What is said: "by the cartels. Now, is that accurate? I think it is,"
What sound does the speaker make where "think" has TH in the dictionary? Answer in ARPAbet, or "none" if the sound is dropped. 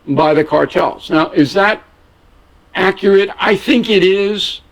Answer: TH